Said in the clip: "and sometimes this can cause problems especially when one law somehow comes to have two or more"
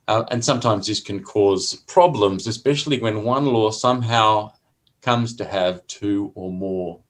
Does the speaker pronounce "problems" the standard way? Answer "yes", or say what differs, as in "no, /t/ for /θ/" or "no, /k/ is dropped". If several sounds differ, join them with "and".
yes